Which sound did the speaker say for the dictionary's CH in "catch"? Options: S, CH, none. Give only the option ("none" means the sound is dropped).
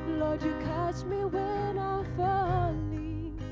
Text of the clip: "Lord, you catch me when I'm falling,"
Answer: S